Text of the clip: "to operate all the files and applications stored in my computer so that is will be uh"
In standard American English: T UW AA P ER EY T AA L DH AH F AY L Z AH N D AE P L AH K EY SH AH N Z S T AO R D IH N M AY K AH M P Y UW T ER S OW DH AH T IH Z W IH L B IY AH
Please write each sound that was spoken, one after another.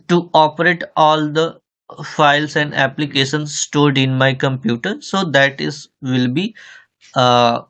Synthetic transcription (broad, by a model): T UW AA P ER EY T AA L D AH F AY L S AH N D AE P L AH K EY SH AH N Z S T AO R D IH N M AY K AH M P Y UW T ER S OW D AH T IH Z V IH L B IY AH